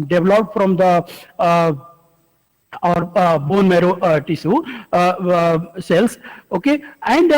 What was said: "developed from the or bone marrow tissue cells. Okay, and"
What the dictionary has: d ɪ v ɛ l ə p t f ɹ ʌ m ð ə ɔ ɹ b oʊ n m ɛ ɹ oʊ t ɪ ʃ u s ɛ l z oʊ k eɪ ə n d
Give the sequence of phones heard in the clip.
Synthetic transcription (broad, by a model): d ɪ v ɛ l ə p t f ɹ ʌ m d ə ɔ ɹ b oʊ n m ɛ ɹ oʊ t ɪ s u s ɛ l s oʊ k eɪ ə n d